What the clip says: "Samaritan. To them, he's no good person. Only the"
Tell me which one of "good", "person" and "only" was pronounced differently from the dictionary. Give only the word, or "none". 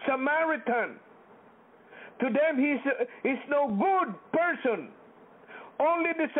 none